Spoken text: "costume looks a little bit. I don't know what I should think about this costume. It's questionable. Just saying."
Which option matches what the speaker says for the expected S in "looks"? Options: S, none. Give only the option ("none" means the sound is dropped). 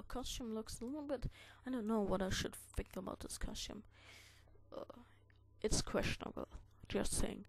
S